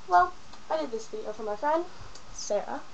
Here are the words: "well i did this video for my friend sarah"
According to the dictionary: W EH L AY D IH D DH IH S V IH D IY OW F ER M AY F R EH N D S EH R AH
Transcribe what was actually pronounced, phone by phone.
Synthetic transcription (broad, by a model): W EH L AY D IH D DH IH S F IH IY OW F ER M AY F R EH N D S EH R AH